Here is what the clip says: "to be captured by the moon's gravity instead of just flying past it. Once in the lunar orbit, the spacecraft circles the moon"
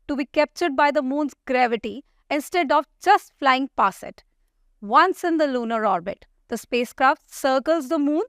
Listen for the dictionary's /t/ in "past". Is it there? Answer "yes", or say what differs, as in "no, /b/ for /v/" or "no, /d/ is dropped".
no, /t/ is dropped